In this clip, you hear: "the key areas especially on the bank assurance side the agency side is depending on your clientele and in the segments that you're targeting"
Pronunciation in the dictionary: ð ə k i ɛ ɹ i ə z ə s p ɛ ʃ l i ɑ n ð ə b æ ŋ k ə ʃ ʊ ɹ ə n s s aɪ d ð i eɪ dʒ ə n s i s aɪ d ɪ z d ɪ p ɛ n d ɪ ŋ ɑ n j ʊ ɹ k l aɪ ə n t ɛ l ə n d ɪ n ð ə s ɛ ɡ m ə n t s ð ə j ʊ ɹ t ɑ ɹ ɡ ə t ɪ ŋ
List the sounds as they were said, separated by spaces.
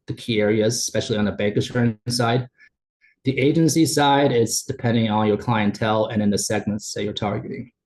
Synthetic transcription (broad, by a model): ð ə k i ɛ ɹ i ə z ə s p ɛ ʃ l i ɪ n ð ə b æ ŋ k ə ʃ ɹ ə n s s aɪ d ð i eɪ dʒ ə n s i s aɪ d ɪ s d ɪ p ɛ n d ɪ ŋ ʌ n j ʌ ɹ k l aɪ ə n t ɛ l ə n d ɪ n ð ə s ɛ ɡ m ə n t s ð ə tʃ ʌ ɹ t ɑ ɹ ɡ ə t ɪ ŋ